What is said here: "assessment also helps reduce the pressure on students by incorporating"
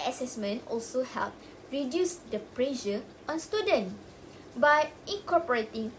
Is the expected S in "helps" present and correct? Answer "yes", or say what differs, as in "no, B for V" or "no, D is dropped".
no, S is dropped